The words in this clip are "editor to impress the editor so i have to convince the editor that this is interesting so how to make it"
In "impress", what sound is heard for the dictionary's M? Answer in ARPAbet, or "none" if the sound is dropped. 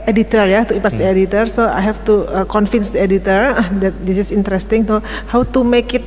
none